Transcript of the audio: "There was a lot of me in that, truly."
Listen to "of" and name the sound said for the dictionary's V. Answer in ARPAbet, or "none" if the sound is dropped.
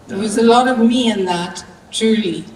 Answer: V